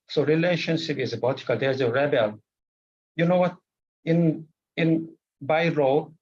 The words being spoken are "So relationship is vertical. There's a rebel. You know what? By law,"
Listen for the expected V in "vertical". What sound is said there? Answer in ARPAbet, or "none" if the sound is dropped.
B